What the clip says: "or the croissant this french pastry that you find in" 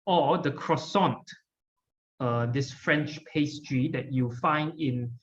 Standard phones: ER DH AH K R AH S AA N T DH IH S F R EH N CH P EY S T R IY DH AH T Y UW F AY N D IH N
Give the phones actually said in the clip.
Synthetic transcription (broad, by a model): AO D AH K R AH S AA N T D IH S F R EH N CH P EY S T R IY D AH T Y UW F AY N D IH N